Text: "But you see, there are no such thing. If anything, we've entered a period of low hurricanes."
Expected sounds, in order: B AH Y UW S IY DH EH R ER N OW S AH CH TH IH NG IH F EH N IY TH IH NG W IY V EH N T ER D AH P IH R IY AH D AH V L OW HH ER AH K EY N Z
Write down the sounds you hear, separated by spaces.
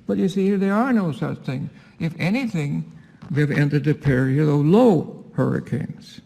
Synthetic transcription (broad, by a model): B AH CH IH S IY DH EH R ER N OW S AH CH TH IH NG IH F EH N IY TH IH NG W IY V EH N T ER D AH P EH R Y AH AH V L OW HH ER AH K EY N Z